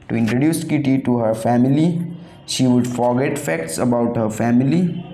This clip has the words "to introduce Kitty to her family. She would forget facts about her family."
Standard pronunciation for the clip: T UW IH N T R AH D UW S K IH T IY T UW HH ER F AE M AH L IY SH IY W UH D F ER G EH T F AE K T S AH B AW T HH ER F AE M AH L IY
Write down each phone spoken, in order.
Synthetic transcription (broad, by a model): T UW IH N T R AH D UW S K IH T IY T UW HH ER F AE M AH L IY SH IY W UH D F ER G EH T F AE K T S AH B AW T HH ER F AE M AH L IY